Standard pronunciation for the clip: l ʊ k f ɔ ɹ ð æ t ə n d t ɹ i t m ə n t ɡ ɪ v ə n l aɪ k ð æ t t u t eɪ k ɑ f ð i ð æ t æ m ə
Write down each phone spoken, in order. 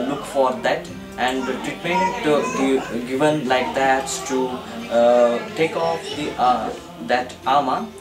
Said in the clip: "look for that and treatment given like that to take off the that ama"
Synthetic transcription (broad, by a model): l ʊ k f ɔ ɹ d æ t ə n d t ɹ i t ə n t ɡ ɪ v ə n l aɪ k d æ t t u t eɪ k ɑ f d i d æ t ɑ m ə